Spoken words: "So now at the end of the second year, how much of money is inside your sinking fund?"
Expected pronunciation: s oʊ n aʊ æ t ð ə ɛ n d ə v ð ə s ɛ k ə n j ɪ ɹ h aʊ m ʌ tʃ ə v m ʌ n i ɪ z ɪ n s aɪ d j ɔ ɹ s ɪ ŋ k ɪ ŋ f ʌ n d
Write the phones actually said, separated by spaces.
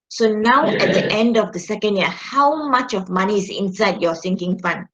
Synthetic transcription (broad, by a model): s oʊ n aʊ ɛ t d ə ɛ n d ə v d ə s ɛ k ə n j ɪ h aʊ m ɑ tʃ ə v m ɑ n i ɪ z ɪ n s aɪ d j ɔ s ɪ ŋ k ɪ ŋ f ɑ n